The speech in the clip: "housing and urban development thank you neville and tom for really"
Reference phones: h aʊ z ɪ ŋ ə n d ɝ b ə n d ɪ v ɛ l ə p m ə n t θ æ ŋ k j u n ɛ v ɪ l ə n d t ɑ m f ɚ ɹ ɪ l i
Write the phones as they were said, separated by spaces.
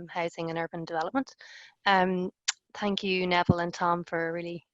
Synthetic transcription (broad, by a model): h aʊ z ɪ ŋ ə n ɝ b ə n d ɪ v ɛ l ə p m ə n t θ æ ŋ k j u n ɛ v ɪ l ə n t ɑ m f ɚ ɹ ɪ l i